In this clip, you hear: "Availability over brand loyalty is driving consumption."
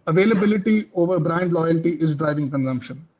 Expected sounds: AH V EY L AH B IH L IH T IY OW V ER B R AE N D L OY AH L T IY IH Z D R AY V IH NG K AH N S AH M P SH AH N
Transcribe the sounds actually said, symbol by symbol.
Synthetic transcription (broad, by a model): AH V EY L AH B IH L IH T IY OW V ER B R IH N D L OY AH L T IY IH Z D R AY V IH NG K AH N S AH M P SH AH N